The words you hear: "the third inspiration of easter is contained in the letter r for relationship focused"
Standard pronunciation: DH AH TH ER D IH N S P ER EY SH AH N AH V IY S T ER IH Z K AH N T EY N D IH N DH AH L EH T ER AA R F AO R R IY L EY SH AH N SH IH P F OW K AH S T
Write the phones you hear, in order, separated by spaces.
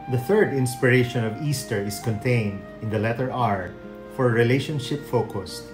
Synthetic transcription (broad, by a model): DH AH TH ER D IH N S P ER EY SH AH N AH V IY S T ER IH S K AH N T EY N D IH N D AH L EH T ER AA R F AO R R IY L EY SH AH N SH IH P F OW K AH S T